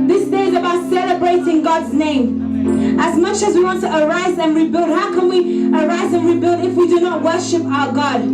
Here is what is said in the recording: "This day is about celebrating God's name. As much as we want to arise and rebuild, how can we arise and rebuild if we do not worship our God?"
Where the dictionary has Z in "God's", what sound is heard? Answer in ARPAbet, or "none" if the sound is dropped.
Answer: Z